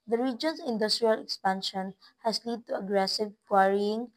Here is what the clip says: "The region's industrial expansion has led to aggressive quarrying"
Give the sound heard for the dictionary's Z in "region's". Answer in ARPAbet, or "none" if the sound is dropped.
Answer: S